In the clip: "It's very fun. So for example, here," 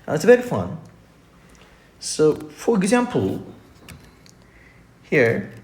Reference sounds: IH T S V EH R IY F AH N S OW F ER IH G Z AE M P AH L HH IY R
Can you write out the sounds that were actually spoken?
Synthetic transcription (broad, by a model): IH T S B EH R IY F AH N S OW F ER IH G Z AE M P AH L HH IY R